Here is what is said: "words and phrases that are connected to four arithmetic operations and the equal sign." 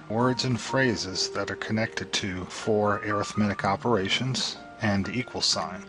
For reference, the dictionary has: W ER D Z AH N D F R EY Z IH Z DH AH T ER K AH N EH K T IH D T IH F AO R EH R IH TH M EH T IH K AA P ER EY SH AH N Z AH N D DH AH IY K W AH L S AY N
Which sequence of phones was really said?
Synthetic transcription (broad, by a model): W ER D Z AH N F R EY Z IH Z DH AH T ER K AH N EH K T IH D T IH F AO R EH R IH TH M EH T IH K AA P ER EY SH AH N Z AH N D IY K W AH L S AY N